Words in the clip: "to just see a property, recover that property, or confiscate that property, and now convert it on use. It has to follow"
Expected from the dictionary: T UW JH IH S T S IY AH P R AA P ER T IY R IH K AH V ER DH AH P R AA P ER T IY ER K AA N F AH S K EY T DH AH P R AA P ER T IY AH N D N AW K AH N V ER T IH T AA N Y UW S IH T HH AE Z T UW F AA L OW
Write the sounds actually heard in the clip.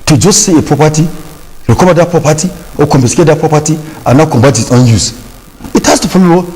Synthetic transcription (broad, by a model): T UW JH IH S T S IY AH P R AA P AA T IY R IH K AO B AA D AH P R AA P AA T IY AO K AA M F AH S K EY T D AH P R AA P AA T IY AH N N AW K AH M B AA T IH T AA N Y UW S IH T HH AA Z T UW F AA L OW